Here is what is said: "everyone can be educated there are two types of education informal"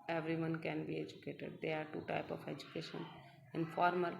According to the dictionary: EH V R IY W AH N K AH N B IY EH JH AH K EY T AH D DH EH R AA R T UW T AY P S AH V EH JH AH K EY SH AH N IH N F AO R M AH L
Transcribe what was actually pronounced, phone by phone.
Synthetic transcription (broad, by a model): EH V R IY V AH N K AH N B IY EH JH AH K EY T AH D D EH AA R T UW T AY P AH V EH JH AH K EY SH AH N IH N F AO R M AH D